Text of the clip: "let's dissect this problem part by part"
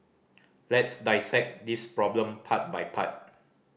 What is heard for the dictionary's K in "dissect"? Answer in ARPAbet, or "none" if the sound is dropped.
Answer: K